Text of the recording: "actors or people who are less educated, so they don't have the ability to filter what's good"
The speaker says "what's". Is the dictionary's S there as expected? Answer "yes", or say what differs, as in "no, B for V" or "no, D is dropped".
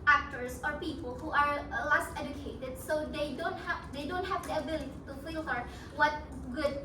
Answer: no, S is dropped